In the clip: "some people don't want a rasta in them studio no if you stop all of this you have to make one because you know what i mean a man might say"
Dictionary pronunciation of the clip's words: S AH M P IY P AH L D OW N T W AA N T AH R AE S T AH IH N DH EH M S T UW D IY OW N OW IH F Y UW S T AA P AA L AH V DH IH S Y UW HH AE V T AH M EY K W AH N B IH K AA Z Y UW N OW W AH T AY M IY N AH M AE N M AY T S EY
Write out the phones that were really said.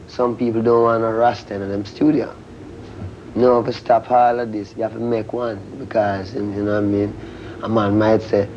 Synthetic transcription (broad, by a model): S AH M P IY P L D OW N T W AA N AH R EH S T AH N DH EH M S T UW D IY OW N OW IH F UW S T AA P AA L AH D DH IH S Y UW HH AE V T AH M EY K W AH N B IH K AA Z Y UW N OW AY M IY N AH M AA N M AY T S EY